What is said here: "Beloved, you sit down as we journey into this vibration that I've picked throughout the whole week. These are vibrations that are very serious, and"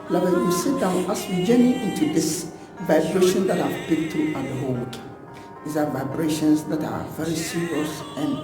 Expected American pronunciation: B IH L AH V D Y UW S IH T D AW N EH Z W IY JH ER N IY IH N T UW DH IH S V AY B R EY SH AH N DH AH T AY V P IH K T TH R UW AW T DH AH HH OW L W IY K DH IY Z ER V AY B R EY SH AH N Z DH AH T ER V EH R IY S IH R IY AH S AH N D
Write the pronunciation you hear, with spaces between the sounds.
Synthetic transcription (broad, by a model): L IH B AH Y UW S IH T D AW N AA S W IY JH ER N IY IH N T UW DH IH S V AY B R EY SH AH N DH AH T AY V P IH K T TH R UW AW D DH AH HH OW L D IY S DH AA V AY B R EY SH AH N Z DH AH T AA V EH R IY S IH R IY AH S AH N